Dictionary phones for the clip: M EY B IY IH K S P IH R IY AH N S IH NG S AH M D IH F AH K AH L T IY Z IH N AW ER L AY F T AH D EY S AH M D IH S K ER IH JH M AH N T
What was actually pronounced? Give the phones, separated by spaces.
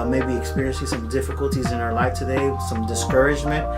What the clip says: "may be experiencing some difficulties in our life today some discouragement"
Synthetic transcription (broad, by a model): M EY B IY IH K S P IH R IY AH N S IH NG S AH M D IH F AH K AH L T IY Z IH N AW ER L AY F T AH D EY S AH M D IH S K ER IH JH M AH N T